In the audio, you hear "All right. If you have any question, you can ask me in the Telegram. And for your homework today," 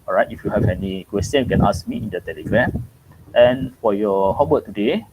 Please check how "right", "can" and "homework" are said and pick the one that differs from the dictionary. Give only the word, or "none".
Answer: homework